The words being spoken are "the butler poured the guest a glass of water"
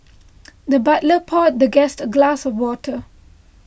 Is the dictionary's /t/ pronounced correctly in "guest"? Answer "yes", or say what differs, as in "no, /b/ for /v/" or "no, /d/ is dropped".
yes